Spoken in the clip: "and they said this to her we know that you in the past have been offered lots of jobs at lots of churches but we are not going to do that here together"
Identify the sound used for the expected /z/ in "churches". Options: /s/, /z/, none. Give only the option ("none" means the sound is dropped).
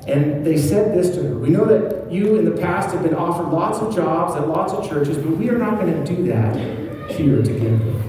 /z/